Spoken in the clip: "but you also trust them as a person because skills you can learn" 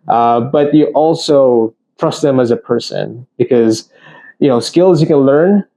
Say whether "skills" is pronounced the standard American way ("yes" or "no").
yes